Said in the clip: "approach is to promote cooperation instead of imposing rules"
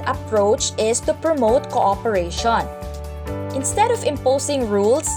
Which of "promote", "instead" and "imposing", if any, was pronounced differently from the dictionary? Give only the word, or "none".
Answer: imposing